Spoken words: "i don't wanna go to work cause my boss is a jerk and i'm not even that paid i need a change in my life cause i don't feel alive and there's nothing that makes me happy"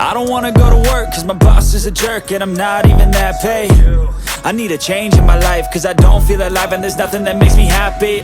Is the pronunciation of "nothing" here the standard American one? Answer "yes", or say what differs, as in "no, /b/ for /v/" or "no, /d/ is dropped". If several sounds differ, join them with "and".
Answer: yes